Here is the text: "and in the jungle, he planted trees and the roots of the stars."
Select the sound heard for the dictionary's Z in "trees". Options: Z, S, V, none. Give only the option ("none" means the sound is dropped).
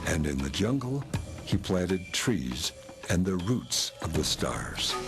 Z